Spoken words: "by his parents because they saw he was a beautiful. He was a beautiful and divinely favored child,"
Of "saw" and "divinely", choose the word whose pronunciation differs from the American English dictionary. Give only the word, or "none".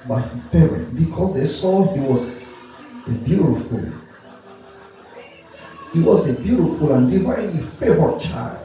divinely